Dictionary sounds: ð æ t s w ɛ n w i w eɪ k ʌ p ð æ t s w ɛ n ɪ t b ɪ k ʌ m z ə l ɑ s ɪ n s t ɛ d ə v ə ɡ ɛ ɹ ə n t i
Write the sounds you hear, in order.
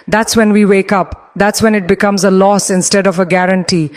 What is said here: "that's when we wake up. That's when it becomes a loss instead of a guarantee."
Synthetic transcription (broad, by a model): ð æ t s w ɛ n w i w eɪ k ʌ p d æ t s w ɛ n ɪ t b ɪ k ʌ m z ə l ɑ s ɪ n s t ɛ d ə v ə ɡ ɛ ɹ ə n t i